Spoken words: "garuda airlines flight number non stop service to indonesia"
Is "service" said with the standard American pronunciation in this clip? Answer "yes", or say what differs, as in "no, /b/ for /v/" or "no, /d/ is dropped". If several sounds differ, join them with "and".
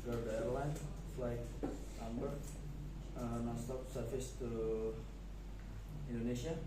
no, /f/ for /v/